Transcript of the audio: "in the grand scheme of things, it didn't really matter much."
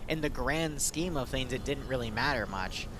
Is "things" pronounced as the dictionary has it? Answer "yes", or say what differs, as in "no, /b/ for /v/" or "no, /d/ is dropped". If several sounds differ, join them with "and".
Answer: yes